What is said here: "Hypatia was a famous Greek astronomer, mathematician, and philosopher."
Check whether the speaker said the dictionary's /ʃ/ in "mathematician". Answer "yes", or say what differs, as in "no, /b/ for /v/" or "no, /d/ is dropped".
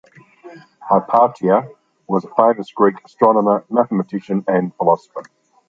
yes